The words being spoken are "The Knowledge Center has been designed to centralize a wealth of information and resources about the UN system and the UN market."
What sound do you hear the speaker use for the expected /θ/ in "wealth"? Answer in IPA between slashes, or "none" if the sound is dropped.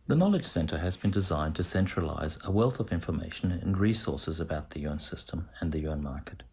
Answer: /θ/